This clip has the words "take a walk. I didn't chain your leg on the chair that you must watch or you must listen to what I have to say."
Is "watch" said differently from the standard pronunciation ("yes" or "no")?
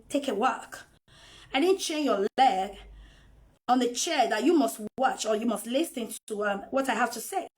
no